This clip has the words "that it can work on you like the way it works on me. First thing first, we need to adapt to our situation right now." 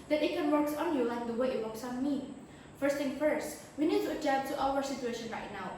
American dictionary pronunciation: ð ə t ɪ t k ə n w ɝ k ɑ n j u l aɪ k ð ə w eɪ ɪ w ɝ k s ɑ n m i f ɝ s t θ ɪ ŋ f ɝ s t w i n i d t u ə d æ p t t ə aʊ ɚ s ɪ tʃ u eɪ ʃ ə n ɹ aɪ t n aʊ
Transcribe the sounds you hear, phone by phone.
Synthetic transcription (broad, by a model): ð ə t ɪ t k ə n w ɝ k ɑ n j u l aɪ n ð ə w eɪ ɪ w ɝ s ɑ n m i f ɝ s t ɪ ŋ f ɝ s t w i n i d t u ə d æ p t t aʊ ɚ s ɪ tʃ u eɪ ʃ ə n ɹ aɪ t n aʊ